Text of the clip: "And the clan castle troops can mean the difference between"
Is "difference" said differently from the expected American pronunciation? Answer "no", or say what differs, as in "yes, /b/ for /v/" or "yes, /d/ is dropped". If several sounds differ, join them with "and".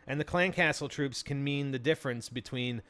no